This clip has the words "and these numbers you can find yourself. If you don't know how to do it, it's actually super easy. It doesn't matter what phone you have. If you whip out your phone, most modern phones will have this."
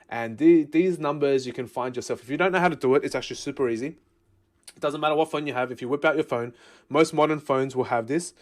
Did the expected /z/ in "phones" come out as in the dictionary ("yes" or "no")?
yes